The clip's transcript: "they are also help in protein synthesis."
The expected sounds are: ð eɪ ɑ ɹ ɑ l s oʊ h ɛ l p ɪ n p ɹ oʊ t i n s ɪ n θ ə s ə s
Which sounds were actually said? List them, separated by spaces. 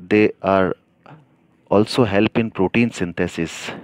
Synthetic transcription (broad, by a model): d eɪ ɑ ɹ ɑ l s oʊ h ɛ l p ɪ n p ɹ oʊ t i n s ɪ n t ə s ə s